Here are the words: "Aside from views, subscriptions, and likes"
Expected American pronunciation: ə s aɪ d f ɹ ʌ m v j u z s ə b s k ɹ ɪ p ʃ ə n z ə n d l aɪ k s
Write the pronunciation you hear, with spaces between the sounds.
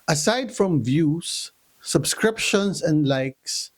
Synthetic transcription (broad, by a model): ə s aɪ d f ɹ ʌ m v j u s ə b s k ɹ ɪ p ʃ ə n s ə n d l aɪ k s